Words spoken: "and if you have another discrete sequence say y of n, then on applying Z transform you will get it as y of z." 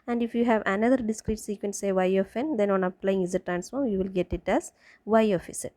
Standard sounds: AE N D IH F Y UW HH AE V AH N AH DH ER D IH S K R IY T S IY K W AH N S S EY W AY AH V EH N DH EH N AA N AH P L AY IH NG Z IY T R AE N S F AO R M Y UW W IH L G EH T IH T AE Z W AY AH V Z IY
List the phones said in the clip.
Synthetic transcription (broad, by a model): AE N D IH F Y UW HH AE V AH N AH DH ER D IH S K R IY T S IY K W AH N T S EY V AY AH F EH N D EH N AA N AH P L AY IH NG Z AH T R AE N S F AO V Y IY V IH L G EH T IH T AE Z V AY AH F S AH